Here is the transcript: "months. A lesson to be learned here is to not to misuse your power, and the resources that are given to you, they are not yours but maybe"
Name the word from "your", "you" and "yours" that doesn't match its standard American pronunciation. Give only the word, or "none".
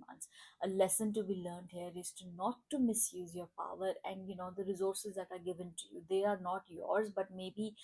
none